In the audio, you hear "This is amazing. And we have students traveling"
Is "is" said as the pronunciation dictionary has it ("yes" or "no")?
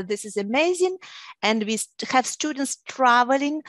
yes